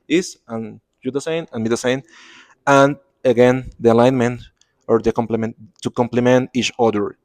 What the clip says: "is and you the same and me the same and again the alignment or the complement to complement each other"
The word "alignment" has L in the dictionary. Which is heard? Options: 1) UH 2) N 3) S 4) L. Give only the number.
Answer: 4